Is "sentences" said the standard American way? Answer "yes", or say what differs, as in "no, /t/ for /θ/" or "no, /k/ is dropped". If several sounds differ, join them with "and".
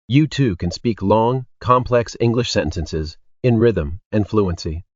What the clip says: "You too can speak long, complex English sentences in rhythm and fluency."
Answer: yes